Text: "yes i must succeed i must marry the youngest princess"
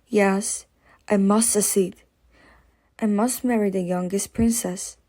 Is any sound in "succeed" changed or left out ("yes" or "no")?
yes